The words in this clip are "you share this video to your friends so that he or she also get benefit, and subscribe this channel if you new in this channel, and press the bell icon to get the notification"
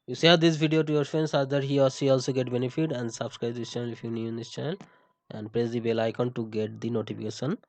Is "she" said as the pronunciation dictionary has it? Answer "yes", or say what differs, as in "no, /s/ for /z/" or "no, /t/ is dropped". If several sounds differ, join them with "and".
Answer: no, /s/ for /ʃ/